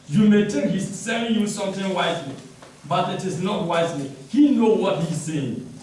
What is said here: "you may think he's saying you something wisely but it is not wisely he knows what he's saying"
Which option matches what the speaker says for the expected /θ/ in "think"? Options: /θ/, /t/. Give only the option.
/t/